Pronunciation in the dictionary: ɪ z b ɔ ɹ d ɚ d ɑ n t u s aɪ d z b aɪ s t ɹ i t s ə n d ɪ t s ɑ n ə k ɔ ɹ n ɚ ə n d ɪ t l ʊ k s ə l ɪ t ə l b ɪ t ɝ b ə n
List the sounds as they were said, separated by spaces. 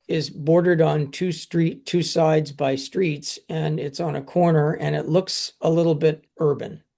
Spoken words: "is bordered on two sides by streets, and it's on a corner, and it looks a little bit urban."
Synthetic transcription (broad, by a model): ɪ z b ɔ ɹ d ɚ d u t t u s aɪ d z b aɪ s t ɹ i t s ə n ɪ t s n ə k ɔ ɹ n ɚ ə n ɪ t l ʊ k s ə l ɪ t l b ɪ t ɝ b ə n